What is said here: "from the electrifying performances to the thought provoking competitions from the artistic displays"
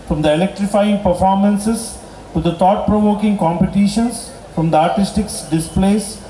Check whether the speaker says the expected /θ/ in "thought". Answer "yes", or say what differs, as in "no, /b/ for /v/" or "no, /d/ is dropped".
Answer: no, /t/ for /θ/